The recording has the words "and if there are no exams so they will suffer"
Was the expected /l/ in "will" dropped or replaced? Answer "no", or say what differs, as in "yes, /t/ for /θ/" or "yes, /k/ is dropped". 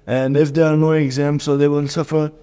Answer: no